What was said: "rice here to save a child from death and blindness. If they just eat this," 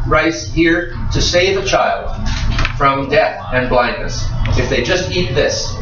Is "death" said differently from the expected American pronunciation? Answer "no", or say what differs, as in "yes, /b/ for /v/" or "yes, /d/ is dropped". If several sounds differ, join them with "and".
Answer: no